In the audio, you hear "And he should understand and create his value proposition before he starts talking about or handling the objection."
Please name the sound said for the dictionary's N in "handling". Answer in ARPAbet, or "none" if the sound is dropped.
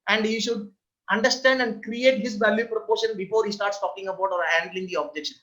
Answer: N